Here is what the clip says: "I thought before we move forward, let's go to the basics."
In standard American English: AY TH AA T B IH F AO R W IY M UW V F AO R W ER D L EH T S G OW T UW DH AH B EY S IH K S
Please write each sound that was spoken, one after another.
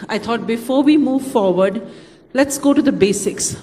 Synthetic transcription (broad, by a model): AY T AA T B IH F AO R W IY M UW V F AO R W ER D L EH T S G OW T UW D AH B EY S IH K S